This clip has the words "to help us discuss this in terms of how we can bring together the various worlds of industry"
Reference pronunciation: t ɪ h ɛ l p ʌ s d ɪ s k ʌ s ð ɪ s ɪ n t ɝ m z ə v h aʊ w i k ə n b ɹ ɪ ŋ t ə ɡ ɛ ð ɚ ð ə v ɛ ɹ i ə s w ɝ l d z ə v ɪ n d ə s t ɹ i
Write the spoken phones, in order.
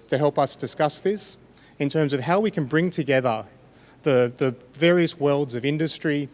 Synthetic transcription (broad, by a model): t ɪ h ɛ l p ʌ s d ɪ s k ʌ s ð ɪ s ɪ n t ɝ m z ə v h aʊ w i k ə n b ɹ ɪ ŋ t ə ɡ ɛ ð ɚ ð ə v ɛ ɹ i ə s w ɝ l d z ə v ɪ n d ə s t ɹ i